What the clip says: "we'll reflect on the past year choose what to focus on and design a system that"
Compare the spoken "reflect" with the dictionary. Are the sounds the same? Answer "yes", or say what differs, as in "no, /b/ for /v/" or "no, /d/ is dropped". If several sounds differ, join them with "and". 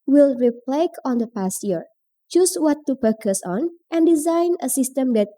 no, /p/ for /f/ and /t/ is dropped